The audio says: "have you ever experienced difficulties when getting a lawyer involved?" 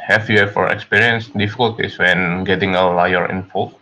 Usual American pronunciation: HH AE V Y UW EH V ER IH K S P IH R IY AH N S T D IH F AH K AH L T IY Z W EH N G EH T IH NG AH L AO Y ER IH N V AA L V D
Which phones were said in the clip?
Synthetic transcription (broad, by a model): HH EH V Y UW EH F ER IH K S P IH R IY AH N S D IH F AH K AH L T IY S W EH N G EH T IH NG AH L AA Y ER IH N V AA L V